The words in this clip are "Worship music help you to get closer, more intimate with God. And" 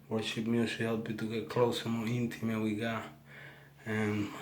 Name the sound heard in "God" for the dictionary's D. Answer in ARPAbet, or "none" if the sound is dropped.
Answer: none